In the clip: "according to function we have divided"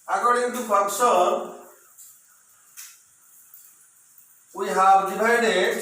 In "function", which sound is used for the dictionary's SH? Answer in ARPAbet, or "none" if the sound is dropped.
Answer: S